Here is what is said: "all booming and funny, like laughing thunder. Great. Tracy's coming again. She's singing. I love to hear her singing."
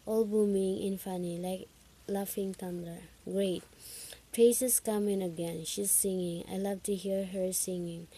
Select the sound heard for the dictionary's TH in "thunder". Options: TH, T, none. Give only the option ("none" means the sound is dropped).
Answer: T